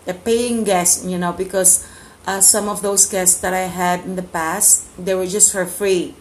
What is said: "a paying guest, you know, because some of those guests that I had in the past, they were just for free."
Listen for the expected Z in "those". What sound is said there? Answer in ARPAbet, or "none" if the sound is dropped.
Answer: S